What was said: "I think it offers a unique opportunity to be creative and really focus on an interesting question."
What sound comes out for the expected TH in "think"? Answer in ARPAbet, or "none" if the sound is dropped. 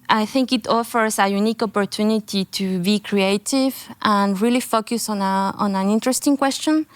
TH